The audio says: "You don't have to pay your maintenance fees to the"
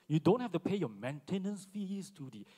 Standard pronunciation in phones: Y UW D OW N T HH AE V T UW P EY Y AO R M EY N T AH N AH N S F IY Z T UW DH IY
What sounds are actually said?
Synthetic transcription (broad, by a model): Y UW D OW N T HH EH F T UW P EY Y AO M EY N T AH N AH N S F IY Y T UW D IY